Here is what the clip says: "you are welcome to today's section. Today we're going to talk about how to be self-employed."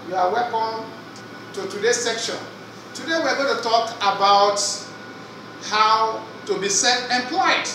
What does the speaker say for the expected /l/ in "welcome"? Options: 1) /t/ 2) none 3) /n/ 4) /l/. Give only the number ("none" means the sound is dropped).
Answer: 2